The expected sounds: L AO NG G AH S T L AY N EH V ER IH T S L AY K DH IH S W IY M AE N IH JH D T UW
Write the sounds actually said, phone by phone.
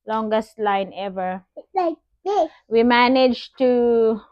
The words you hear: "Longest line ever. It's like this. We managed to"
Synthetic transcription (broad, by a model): L AO NG G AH S T L AY N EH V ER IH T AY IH W IY M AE N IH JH T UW